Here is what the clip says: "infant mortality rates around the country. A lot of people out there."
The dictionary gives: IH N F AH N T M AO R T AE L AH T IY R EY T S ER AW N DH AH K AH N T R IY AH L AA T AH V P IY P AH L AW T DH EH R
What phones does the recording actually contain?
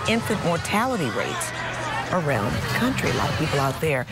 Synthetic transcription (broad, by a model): IH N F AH N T M AO R T AE L AH T IY R EY T S ER AW N DH AH K AH N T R IY L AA AH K P IY P L AW T DH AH R